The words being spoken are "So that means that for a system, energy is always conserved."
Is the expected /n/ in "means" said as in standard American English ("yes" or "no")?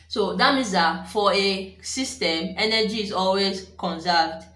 no